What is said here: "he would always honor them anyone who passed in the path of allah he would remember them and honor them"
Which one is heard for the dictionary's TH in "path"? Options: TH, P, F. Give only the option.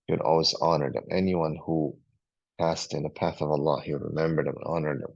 TH